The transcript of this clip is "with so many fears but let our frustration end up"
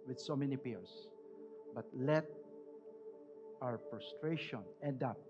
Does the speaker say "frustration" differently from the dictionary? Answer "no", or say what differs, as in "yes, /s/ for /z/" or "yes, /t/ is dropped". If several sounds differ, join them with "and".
yes, /p/ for /f/